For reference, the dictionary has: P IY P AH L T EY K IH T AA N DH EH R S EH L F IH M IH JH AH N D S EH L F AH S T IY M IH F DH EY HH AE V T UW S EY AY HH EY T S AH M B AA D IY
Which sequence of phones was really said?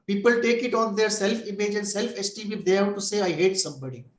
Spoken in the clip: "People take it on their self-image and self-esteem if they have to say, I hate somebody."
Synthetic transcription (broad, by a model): P IY P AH L T EY K IH T AA N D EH R S EH L F IH M IH JH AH N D S EH L F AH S T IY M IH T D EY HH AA T UW S EY AY HH EY T S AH M B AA D IY